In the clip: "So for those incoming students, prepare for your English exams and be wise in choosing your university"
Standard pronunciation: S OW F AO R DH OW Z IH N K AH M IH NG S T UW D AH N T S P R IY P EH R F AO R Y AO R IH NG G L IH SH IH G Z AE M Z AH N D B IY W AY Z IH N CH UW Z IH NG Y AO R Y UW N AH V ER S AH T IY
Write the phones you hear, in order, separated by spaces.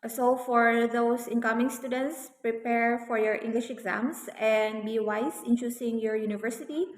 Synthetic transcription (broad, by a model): S OW F AO R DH OW S IH N K AH M IH NG S T UW D AH N T S P R IY P EH R F AO R Y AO R IH NG G L IH SH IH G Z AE M S AH N D B IY W AY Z IH N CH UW S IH NG Y AO R Y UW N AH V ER S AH T IY